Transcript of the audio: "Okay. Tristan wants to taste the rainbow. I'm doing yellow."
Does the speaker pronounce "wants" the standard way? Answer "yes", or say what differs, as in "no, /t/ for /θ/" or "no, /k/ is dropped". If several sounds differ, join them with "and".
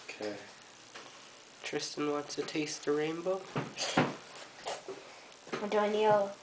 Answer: no, /n/ is dropped